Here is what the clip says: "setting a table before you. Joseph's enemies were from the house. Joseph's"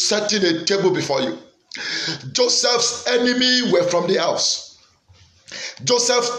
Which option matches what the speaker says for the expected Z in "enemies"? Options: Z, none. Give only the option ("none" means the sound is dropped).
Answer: none